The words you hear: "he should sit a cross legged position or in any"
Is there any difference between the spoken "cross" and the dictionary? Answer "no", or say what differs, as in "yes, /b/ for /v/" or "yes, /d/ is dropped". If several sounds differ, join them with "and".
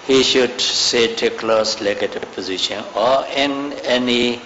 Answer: yes, /l/ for /ɹ/